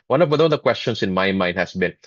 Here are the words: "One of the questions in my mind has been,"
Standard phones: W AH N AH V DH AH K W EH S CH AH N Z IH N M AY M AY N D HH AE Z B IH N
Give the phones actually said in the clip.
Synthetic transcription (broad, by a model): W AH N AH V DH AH K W EH S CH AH N S IH N M AY M AY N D HH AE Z B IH N